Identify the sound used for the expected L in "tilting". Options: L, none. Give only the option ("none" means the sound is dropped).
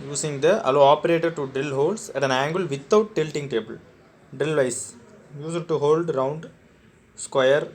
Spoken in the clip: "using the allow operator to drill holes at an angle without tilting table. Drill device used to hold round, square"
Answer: L